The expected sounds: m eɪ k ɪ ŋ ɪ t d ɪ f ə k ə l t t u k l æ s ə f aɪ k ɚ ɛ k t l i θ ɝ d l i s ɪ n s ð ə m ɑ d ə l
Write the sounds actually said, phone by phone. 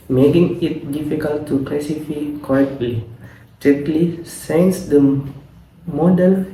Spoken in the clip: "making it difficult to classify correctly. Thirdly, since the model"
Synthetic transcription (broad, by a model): m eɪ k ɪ ŋ ɪ t d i f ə k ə l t t u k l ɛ s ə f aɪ k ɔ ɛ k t w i t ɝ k l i s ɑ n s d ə m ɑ d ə l